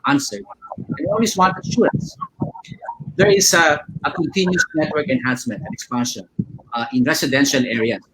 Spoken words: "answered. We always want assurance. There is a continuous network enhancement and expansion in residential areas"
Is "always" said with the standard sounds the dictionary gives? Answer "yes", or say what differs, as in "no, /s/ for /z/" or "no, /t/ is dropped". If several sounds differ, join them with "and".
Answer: no, /s/ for /z/